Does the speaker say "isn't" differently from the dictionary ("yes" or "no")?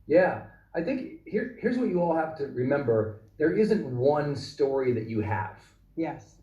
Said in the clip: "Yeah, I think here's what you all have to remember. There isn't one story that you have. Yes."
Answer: no